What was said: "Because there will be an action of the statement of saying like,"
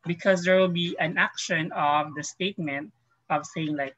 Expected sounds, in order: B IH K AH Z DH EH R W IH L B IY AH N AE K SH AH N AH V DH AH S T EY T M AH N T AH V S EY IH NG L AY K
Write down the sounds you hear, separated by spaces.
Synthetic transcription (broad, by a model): B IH K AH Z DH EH R W IH L B IY AH N AE K SH AH N AH V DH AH S T EY T M AH N T AH V S EY IH NG L AY K